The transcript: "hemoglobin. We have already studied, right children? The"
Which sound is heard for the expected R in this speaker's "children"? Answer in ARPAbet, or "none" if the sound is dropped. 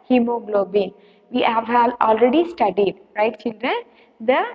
R